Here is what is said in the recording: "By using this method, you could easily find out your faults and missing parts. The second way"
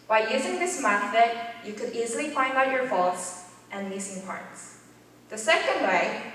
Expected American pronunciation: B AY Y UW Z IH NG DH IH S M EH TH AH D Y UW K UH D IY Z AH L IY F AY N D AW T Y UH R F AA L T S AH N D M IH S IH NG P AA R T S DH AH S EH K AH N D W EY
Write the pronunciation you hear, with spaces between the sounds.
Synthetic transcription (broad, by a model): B AY Y UW Z IH NG DH IH S M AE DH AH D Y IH K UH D IY Z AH L IY F AY N D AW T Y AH R F AA L T S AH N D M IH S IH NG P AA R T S DH AH S EH K AH N D W EY